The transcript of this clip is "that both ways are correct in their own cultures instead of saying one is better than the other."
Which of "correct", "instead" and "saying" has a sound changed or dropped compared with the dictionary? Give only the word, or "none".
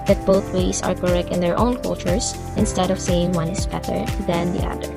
correct